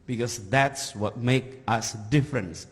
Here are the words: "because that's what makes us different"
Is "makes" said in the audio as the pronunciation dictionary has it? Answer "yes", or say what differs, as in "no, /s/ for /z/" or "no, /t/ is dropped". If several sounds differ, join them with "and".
no, /s/ is dropped